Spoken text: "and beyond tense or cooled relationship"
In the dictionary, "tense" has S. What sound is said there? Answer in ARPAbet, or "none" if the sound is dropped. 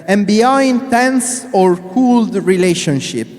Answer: S